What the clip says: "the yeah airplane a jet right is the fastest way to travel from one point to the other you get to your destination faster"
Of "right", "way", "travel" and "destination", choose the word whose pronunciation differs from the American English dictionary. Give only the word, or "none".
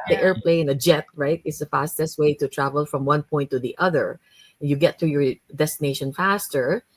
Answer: none